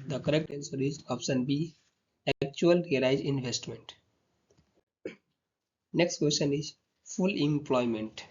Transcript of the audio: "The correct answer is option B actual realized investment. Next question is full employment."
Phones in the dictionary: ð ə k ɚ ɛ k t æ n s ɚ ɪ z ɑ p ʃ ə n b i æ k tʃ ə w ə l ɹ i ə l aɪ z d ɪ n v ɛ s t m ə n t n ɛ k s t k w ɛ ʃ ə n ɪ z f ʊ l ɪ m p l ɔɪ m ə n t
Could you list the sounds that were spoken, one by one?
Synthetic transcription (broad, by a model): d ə k ɚ ɛ k t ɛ n s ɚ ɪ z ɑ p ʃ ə n b i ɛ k tʃ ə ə l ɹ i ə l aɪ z ɪ n v ɛ s t m ə n t n ɛ k s t k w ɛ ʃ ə n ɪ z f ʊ l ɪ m p l ɔɪ m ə n t